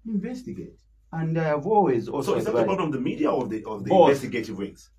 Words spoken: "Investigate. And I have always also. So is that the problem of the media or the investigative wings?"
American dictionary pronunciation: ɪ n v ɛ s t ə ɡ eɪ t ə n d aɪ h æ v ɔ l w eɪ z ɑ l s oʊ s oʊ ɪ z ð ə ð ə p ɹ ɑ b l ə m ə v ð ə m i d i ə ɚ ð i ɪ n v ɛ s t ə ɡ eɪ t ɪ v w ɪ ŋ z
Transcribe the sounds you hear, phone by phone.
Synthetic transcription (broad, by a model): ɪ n v ɛ s t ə ɡ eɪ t ə n d aɪ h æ v ɔ l w eɪ z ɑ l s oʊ s oʊ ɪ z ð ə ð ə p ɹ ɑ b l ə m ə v ð ə m i d i ə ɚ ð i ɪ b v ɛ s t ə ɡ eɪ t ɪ v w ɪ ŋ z